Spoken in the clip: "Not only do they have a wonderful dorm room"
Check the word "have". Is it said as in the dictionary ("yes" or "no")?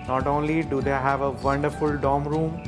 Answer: yes